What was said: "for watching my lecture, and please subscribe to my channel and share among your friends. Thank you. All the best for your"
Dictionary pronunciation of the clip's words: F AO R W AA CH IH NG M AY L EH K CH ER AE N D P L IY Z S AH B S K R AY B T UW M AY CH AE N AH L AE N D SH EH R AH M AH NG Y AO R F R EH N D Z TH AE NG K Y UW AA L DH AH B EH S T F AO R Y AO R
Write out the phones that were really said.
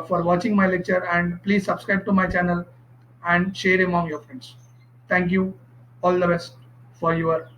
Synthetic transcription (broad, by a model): F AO R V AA CH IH NG M AY L EH K CH ER AE N D P L IY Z S AH B S K R AY B T UW M AY CH AE N AH L AE N D SH EH R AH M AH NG Y AO R F R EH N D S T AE NG K Y UW AA L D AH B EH S T F AO R Y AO R